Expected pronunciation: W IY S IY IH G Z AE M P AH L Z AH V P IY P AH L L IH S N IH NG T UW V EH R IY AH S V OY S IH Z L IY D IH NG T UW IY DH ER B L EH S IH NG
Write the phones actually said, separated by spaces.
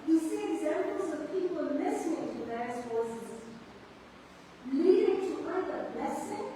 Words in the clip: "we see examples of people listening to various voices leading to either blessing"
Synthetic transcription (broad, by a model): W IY S IY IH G Z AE M P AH L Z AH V P IY P AH L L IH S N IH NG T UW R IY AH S F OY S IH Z L IY D IH NG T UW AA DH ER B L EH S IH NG